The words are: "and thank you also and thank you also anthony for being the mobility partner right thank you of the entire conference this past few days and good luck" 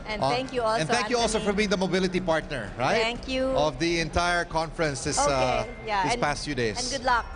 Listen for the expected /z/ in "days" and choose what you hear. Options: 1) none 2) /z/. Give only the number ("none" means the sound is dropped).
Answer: 1